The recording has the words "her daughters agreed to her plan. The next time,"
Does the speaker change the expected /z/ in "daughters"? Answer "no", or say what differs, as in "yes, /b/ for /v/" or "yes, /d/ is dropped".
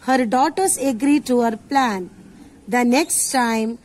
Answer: yes, /s/ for /z/